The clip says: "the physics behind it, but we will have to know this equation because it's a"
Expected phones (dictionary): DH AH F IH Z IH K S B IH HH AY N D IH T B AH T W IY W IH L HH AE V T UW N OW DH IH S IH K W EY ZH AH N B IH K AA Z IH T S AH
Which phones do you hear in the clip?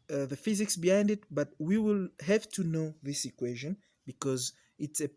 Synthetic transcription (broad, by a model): DH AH F IH Z IH K S B IH HH AY N D IH T B AH T W IY W IH L HH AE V T UW N OW DH IH S IH K W EY ZH AH N B IH K AA Z IH T S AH